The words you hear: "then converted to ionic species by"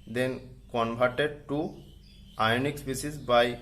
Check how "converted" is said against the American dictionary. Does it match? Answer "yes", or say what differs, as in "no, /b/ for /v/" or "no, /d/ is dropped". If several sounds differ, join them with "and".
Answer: no, /b/ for /v/